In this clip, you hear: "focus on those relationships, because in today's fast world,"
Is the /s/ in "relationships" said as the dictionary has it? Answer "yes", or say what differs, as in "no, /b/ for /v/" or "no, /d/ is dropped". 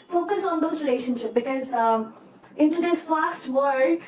no, /s/ is dropped